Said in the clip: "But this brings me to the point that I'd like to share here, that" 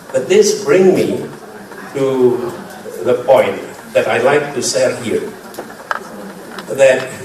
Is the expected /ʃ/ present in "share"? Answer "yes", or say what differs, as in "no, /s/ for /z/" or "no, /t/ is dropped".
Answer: no, /s/ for /ʃ/